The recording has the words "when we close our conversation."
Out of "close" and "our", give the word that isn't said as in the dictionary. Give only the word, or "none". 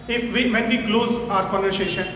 none